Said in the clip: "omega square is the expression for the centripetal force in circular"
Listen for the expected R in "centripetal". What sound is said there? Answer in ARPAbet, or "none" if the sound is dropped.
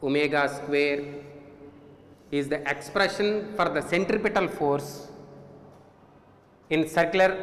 R